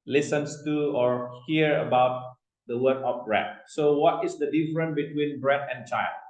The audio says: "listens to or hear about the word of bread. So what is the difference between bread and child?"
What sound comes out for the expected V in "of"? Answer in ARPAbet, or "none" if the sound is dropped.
P